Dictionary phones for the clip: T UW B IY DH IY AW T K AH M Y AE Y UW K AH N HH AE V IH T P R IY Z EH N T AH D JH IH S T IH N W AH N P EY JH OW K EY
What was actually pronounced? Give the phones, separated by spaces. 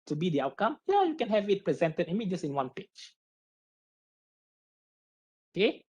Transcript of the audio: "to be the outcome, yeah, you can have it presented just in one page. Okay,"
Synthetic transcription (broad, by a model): T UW B IY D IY AW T K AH M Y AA Y UW K AH N HH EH V IH T P R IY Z EH N T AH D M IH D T IH N W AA N P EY CH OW K EY